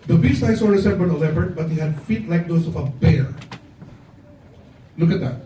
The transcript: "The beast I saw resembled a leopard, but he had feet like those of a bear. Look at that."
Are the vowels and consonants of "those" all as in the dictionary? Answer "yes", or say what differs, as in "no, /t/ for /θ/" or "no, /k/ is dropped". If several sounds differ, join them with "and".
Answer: no, /s/ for /z/